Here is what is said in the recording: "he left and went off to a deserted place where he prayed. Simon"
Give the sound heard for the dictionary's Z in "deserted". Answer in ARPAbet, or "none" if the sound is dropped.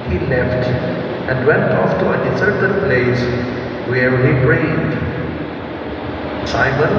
S